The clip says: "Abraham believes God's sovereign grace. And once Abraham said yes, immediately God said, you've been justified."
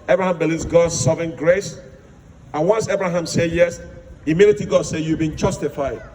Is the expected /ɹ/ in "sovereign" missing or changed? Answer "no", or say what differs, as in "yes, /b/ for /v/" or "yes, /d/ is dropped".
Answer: yes, /ɹ/ is dropped